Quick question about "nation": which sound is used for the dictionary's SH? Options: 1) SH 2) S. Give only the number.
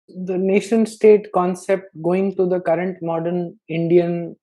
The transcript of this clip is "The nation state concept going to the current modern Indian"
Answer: 1